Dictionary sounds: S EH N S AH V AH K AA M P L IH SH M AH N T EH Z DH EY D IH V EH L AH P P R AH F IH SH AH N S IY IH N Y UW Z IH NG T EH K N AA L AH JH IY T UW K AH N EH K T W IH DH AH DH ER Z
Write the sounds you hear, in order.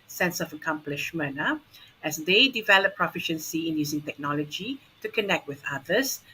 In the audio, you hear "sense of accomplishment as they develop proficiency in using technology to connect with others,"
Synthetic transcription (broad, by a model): S EH N S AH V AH K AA M P L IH SH M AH N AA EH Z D EY D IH V EH L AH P P R AH F IH SH AH N S IY IH N Y UW Z IH NG T EH K N AA L AH JH IY T UW K AH N EH K T W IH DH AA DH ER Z